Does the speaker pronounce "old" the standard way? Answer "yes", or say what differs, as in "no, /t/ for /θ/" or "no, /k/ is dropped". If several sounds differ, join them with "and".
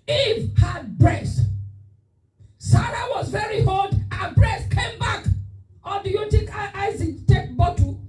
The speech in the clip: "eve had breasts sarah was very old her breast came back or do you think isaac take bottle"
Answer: no, /l/ is dropped